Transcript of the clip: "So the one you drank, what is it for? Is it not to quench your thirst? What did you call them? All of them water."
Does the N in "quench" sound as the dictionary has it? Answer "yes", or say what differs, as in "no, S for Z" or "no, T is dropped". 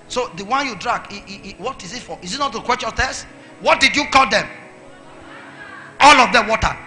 no, N is dropped